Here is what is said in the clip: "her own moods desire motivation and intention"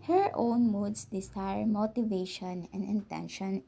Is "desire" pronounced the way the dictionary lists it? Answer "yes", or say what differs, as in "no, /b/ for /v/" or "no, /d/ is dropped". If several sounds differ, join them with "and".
no, /s/ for /z/